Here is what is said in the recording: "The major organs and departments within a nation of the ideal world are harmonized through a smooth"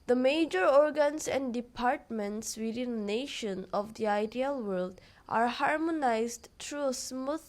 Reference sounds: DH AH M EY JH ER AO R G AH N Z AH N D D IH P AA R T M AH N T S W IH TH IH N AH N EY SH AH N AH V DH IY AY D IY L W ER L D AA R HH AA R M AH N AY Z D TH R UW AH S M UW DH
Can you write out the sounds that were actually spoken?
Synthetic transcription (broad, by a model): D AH M EY JH ER AO R G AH N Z AH N D D IH P AA R T M AH N T S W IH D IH N N EY SH AH N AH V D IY AY D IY L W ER L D AA R HH AA R M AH N AY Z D T R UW AH S M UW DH